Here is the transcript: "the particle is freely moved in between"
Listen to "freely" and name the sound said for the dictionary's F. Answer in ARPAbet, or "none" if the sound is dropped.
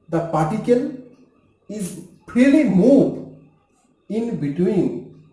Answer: P